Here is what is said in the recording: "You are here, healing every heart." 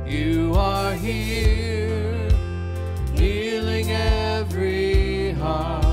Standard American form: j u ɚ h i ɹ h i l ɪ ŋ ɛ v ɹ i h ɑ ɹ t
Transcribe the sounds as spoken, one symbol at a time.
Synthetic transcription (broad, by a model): j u ɚ h i ɹ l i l ɪ ŋ ɛ v ɹ i h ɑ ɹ